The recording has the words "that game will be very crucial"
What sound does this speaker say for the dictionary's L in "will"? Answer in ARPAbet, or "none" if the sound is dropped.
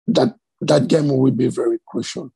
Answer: W